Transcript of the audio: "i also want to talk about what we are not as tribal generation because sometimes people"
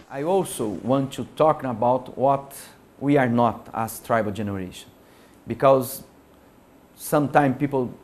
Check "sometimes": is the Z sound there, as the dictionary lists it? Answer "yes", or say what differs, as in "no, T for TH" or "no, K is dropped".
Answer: no, Z is dropped